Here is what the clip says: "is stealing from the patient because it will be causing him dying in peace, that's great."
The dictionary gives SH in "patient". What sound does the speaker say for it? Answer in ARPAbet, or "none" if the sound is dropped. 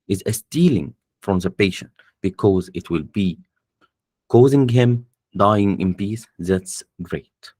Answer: SH